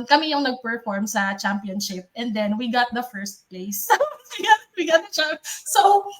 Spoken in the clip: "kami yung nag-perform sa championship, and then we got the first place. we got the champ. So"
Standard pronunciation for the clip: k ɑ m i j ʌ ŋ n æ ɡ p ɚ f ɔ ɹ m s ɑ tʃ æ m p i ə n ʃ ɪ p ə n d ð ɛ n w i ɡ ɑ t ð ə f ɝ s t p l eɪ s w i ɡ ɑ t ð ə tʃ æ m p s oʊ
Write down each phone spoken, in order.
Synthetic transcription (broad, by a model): k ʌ m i j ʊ ŋ n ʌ ɡ p ɚ f ɔ ɹ m s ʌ tʃ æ m p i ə n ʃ ɪ p ə n d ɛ n w i ɡ ɑ t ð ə f ɝ s t p l eɪ s w i ɡ ɑ t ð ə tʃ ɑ p s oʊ